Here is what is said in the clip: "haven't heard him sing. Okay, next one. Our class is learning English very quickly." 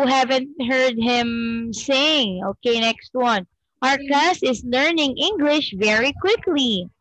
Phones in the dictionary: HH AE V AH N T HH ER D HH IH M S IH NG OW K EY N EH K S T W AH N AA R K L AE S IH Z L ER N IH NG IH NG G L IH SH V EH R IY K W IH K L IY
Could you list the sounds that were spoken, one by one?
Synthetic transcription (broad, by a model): HH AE V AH N T HH ER D HH IH M S IH NG OW K EY N EH K S T W AH N AA R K AE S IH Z L ER N IH NG IH NG G L IH SH V EH R IY K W IH K L IY